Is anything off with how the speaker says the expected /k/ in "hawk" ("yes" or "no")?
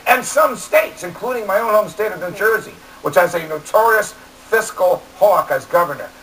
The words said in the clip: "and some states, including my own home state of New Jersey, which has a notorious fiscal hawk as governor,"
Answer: no